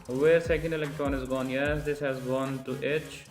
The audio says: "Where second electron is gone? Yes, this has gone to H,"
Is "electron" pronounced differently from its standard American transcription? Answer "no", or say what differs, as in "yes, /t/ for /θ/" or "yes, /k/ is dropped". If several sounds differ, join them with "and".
no